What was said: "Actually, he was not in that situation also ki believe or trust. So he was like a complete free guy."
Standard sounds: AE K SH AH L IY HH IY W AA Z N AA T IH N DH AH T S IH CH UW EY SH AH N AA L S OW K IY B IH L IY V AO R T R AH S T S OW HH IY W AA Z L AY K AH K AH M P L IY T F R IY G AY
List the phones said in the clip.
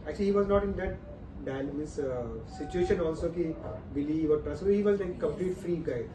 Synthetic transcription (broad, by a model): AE K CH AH L IY HH IY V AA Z N AA T IH N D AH T S IH CH UW EY SH AH N AA L S OW K IY B IH L IY V AO R T R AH S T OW HH IY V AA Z L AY AH K AH M P L IY T F R IY G AY